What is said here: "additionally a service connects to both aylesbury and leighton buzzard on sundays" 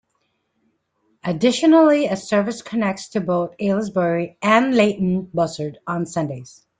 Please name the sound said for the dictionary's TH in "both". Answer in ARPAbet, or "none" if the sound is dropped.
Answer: TH